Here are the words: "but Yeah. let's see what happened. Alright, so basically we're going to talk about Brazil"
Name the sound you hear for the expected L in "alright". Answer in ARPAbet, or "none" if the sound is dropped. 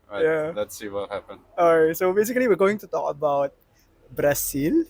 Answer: none